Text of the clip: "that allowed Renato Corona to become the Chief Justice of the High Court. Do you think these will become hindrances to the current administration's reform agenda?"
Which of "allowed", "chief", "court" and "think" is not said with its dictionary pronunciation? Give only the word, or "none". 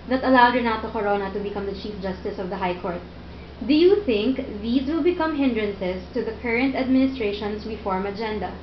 none